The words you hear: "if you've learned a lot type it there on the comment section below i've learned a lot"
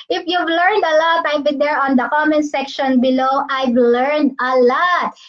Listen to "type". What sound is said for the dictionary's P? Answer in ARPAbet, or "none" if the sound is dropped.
B